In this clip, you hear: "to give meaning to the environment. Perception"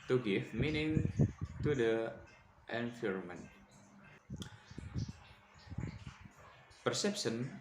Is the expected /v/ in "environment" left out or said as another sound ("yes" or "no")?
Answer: yes